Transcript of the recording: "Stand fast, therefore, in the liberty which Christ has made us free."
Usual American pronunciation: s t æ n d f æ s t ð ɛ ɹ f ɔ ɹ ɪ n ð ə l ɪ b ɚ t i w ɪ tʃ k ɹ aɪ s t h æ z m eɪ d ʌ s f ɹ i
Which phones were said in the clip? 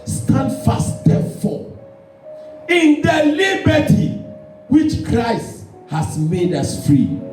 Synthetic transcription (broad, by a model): s t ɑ n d f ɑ s t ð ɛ f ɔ ɪ n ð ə l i b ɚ t i w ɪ tʃ k ɹ aɪ s t h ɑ s m eɪ d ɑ s f ɹ i